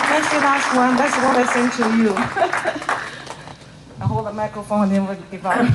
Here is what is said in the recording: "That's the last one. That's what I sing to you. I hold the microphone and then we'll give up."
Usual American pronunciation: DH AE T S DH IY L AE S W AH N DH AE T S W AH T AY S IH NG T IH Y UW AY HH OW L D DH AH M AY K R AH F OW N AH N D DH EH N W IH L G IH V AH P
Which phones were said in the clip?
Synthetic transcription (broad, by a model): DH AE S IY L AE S W AH N DH AE T S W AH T AY S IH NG T IH Y UW AY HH OW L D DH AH M AY K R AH F OW AH N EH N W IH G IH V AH